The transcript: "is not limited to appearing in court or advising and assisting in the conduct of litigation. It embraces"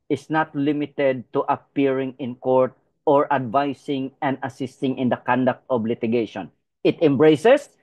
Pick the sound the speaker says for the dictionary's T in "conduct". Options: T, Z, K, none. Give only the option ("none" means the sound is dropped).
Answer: T